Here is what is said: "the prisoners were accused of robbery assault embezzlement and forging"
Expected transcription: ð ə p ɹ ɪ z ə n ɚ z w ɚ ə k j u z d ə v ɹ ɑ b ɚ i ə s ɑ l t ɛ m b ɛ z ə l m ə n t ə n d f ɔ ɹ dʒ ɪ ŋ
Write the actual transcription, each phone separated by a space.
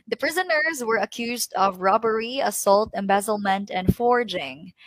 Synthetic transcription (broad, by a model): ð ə p ɹ ɪ z ə n ɚ z w ɚ ə k j u z d ə v ɹ ɑ b ɚ i ə s ɑ l t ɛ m b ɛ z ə l m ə n t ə n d f ɔ ɹ dʒ ɪ ŋ